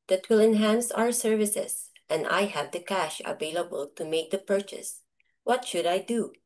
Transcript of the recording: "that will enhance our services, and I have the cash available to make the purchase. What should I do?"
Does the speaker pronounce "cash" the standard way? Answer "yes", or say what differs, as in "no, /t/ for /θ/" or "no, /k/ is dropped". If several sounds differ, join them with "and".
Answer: yes